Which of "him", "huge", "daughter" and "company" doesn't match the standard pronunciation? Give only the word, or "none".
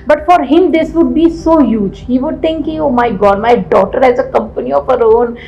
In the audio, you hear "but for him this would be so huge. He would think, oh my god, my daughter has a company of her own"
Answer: none